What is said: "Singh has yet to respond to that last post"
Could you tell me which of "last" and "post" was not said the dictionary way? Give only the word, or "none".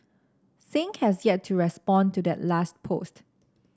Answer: none